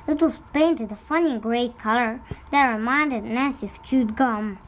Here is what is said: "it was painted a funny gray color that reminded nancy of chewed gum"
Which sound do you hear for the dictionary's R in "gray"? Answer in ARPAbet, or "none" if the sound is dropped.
R